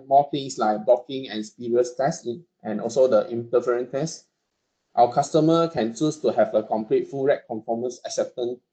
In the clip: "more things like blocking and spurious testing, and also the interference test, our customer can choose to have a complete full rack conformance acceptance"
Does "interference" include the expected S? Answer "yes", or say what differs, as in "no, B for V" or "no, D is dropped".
no, S is dropped